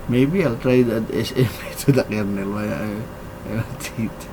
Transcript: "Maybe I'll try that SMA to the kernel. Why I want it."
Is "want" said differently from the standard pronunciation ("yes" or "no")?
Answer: yes